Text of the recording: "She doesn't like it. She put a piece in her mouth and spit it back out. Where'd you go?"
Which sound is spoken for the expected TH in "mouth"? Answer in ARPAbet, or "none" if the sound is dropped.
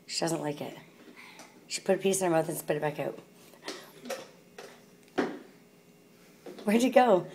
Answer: TH